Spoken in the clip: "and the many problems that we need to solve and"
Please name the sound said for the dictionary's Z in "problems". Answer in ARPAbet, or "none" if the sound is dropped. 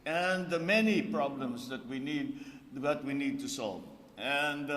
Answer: S